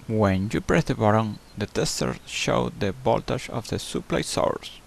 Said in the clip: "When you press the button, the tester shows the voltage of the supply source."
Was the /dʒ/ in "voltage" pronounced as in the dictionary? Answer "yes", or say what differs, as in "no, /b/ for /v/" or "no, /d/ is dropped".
no, /ʃ/ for /dʒ/